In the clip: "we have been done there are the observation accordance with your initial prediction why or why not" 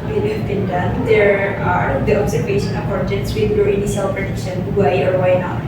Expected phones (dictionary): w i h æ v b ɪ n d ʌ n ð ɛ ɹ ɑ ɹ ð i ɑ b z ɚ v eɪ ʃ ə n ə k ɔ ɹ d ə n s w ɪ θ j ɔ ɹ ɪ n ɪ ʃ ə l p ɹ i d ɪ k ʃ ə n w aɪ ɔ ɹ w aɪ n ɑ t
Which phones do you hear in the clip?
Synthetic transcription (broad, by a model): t h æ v b ɪ n d ʌ n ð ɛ ɹ ɑ ɹ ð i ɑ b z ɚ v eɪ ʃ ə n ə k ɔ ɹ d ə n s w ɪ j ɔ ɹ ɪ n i s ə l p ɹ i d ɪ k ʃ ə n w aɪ ɔ ɹ w aɪ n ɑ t